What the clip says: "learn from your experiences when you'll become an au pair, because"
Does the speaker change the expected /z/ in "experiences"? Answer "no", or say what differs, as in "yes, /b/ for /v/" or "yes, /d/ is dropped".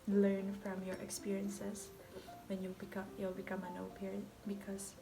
yes, /s/ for /z/